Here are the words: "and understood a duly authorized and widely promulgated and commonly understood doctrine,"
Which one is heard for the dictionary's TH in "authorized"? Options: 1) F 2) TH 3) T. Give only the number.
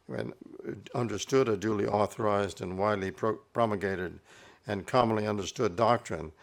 2